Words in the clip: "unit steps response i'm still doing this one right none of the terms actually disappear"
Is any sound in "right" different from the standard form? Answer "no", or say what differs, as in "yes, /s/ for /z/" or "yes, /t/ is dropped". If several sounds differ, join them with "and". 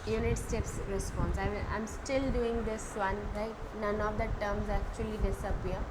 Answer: yes, /l/ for /ɹ/